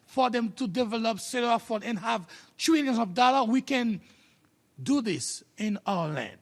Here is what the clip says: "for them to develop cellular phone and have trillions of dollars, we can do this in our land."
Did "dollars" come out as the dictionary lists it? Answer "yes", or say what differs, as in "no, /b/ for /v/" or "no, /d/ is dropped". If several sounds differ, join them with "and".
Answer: no, /z/ is dropped